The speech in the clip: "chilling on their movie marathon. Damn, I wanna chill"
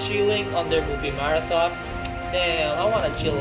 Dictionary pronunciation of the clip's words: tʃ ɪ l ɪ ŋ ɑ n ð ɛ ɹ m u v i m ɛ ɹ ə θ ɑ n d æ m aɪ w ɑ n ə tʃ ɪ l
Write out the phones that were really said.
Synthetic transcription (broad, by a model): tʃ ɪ l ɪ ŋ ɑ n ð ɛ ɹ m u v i m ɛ ɹ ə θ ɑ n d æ aɪ w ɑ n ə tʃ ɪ l